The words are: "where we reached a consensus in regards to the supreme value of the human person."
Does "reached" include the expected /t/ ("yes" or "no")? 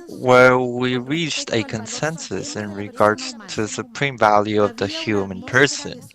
yes